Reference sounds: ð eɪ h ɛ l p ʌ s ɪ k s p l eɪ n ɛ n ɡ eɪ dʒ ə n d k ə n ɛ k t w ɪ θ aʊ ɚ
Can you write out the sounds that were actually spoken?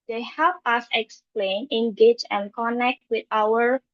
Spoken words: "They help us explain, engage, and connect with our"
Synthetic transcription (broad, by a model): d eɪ h ɛ l p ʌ s ɪ k s p l eɪ n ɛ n ɡ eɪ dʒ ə n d k ə n ɛ k t w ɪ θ aʊ ɚ